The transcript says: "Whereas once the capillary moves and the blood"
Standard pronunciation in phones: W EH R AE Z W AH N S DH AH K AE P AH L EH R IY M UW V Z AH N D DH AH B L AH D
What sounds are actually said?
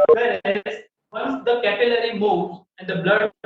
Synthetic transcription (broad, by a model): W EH R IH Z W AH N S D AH K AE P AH L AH R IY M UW Z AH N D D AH B L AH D